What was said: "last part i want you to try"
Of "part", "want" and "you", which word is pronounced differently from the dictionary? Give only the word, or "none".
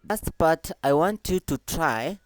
part